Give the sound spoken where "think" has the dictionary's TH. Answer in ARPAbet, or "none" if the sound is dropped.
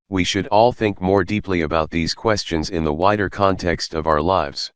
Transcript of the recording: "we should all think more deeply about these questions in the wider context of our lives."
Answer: TH